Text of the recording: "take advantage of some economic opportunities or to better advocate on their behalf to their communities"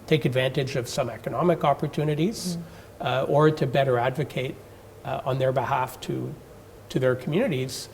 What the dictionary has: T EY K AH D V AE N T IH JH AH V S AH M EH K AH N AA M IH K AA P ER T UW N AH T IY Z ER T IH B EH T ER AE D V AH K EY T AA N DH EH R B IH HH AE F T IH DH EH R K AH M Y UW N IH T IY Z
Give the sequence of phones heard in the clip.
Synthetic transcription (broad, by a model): T EY K AH D V AE N T IH JH AH V S AH M EH K AH N AA M IH K AA P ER T UW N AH T IY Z ER T IH B EH T ER AE D V AH K EY T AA N DH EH R B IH HH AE F T IH DH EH R K M Y UW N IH T IY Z